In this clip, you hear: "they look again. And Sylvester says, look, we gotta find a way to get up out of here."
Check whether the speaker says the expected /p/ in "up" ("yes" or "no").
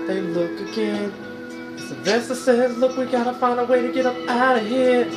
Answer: yes